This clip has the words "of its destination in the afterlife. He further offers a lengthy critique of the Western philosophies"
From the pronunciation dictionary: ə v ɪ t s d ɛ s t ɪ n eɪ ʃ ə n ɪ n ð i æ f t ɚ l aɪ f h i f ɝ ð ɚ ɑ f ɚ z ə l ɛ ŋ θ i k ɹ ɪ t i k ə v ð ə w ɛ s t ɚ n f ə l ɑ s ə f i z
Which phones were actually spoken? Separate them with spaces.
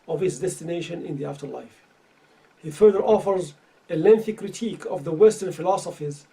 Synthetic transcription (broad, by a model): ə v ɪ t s d ɛ s t ɪ n eɪ ʃ ə n ɪ n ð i æ f t ɚ l aɪ f h i f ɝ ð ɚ ɑ f ɚ z ə l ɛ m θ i k ɹ ɪ t i k ə v ð ə w ɛ s t ɚ n f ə l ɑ s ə f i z